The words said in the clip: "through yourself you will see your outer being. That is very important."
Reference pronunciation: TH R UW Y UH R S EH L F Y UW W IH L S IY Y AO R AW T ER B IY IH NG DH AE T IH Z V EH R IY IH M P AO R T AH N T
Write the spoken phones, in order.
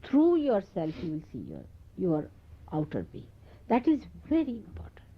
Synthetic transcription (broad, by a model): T R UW Y UH R S EH L F Y UW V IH L S IY Y AO R AW T ER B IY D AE T IH Z V EH R IY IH M P AO R T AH N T